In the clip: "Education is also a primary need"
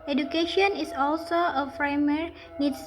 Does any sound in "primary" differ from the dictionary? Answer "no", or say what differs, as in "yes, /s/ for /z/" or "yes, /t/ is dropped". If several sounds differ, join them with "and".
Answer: yes, /f/ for /p/